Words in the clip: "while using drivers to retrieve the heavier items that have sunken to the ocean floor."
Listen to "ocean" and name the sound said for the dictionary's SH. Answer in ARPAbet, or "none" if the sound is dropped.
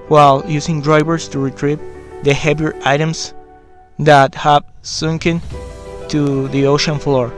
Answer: SH